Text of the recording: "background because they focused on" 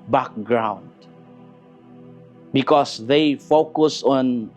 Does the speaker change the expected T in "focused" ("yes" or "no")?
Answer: yes